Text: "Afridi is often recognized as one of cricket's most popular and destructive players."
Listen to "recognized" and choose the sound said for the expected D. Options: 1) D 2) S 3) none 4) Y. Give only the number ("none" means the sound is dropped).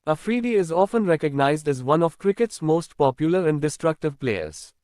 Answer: 1